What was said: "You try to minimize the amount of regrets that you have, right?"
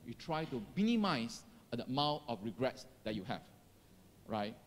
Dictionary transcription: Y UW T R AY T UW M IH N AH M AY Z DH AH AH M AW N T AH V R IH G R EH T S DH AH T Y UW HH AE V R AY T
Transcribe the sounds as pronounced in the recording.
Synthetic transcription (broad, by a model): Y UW T R AY T UW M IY N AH M AY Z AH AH M AW T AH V R IH G R EH T S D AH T Y UW HH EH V R AY T